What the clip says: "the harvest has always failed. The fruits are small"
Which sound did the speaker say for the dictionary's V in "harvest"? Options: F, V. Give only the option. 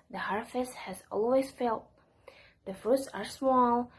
F